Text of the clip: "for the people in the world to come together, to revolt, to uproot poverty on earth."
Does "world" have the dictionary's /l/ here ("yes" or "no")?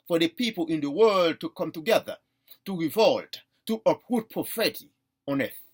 yes